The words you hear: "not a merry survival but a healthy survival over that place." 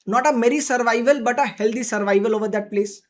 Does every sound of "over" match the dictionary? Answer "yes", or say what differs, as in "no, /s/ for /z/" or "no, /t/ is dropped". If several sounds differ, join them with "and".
yes